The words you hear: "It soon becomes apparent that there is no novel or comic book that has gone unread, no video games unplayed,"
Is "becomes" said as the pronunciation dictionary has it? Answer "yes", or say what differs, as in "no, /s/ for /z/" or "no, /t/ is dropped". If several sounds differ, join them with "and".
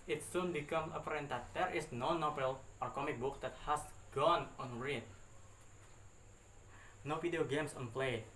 no, /z/ is dropped